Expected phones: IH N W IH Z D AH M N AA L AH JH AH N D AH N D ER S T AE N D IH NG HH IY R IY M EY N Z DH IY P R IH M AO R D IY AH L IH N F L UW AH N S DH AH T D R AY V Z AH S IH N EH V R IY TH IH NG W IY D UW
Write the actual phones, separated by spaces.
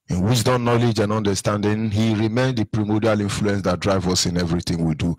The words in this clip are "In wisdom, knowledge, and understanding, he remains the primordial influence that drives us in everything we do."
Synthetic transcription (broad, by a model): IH N W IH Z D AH N AA L AH JH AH N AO N D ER S T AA N D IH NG HH IY R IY M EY N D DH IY P R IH M AO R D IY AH L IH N F L UW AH N S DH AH T D R AY V AH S IH N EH V R IY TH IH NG W IY D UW